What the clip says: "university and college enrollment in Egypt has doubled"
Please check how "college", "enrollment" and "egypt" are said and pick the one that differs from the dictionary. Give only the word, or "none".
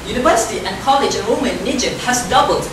enrollment